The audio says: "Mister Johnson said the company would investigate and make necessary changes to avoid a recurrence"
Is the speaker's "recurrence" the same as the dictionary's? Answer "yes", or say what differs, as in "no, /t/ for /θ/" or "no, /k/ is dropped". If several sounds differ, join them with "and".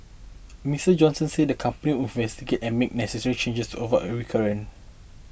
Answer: no, /s/ is dropped